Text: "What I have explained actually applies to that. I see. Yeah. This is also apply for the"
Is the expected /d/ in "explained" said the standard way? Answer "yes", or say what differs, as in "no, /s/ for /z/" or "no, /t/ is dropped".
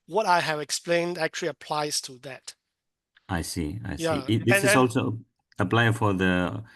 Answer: yes